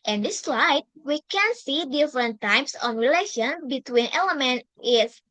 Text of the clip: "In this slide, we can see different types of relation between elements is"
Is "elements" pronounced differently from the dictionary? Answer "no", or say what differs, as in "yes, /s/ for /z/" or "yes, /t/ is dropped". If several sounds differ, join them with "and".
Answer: yes, /s/ is dropped